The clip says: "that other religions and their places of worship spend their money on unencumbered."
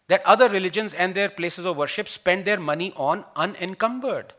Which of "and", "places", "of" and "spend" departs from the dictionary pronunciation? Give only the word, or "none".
none